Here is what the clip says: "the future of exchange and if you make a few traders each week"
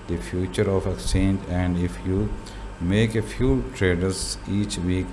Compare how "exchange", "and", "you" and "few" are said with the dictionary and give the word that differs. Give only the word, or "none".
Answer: exchange